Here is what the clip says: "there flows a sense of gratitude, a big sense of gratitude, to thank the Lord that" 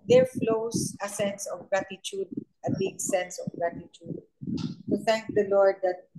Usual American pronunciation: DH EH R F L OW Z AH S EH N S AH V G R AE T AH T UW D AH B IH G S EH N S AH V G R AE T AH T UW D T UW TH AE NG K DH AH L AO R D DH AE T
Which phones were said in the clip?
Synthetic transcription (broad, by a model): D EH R F L OW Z AH S EH N S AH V G R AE T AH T UW D AH B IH G S EH N S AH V G R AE T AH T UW D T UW T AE NG K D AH L AO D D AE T